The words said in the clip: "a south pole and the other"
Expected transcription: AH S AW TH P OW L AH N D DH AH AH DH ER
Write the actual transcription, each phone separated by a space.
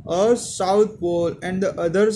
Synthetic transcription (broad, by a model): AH S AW T P OW L AH N D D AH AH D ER